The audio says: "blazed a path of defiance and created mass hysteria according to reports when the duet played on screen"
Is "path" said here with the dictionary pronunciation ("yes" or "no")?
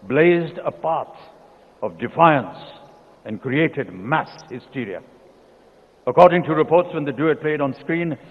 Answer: no